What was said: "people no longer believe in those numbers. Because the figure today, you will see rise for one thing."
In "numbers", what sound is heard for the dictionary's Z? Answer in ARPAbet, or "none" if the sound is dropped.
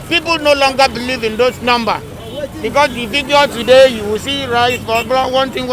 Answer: none